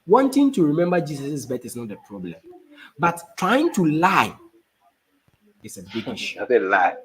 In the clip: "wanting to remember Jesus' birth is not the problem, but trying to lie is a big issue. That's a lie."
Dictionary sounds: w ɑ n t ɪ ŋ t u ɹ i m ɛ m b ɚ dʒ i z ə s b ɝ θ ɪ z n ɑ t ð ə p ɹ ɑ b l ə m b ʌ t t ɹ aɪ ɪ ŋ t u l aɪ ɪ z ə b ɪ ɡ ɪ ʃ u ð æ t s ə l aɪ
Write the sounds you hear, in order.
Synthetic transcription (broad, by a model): w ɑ n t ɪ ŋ t u ɹ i m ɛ m b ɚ dʒ i s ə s b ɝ t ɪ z n ɑ t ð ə p ɹ ɑ b l ə m b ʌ t t ɹ aɪ ɪ ŋ t u l aɪ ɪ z ə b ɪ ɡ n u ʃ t ə l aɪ